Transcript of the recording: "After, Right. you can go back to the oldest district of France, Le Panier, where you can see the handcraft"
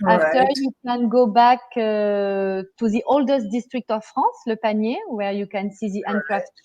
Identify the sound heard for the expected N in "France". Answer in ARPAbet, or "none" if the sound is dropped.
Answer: none